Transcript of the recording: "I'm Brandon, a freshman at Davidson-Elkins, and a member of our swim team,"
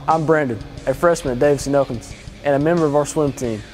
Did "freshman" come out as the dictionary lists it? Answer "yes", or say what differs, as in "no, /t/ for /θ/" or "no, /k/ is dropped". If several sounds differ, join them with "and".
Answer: yes